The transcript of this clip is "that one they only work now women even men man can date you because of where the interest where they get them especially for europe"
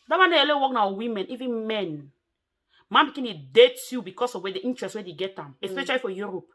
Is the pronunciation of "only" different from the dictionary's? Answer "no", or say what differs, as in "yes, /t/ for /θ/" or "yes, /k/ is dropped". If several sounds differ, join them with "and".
yes, /n/ is dropped